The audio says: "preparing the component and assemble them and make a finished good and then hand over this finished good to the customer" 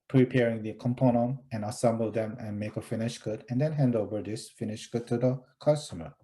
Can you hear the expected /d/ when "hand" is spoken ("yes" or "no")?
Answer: yes